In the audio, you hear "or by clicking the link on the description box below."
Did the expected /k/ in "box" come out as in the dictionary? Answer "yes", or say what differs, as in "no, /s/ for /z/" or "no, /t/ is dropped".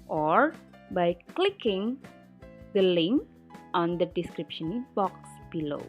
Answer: yes